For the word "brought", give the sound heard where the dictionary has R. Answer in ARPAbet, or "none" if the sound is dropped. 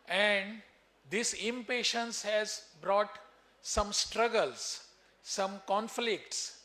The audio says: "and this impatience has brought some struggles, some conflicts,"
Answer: R